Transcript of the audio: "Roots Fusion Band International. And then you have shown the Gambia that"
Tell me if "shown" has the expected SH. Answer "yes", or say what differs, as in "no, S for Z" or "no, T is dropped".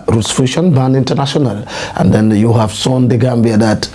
no, S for SH